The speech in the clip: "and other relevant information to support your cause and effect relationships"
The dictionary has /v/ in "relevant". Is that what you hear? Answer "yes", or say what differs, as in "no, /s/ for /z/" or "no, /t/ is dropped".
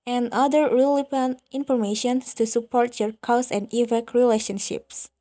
no, /p/ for /v/